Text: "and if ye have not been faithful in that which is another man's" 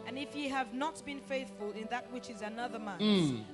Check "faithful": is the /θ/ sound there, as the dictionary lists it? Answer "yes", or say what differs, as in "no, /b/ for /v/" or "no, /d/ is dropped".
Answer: yes